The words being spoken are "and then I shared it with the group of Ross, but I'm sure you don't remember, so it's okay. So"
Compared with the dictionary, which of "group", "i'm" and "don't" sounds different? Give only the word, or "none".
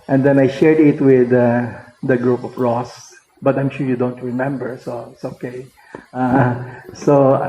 none